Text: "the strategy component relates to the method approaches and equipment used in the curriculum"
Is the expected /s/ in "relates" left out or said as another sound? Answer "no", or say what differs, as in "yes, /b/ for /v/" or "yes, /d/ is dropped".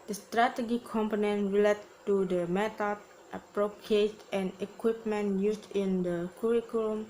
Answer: yes, /s/ is dropped